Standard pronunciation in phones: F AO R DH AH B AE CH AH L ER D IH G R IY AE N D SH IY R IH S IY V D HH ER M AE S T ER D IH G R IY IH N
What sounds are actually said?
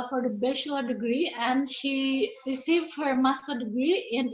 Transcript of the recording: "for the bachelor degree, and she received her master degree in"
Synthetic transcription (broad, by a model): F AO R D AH B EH SH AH ER D IH G R IY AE N D SH IY R IH S IY V D HH ER M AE S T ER D IH G R IY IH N